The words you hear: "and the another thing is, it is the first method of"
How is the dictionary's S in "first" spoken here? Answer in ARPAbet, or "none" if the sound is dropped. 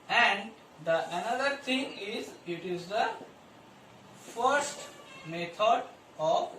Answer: S